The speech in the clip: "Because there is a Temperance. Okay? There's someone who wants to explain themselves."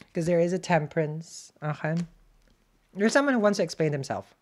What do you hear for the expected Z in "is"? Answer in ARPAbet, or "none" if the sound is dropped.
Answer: Z